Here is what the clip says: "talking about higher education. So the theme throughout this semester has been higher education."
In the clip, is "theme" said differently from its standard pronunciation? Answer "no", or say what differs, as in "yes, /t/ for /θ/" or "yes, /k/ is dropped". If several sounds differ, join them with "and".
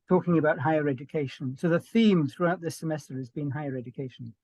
no